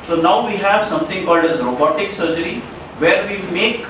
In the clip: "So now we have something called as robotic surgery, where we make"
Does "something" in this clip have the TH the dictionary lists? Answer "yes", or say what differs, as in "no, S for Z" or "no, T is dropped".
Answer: no, T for TH